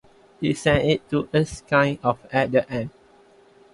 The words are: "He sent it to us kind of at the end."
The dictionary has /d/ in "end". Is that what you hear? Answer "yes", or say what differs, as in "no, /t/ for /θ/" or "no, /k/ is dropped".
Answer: no, /d/ is dropped